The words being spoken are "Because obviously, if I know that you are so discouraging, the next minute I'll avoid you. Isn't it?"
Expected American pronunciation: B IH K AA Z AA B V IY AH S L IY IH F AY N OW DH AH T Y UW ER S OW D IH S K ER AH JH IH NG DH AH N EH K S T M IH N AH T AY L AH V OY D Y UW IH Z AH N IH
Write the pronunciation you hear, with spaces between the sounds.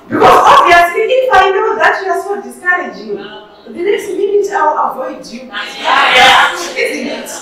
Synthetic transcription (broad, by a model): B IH K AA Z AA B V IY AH S L IY IH F AY N OW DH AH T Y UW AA S OW D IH S K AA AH JH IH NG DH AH N EH K S T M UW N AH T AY W AH V OY D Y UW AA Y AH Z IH